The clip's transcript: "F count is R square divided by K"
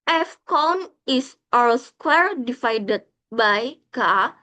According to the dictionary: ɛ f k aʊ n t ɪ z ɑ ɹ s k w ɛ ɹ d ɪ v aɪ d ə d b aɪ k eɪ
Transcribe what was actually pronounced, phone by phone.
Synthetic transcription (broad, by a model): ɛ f k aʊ n ɪ s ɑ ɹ s k w ɛ ɹ d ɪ f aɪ d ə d b aɪ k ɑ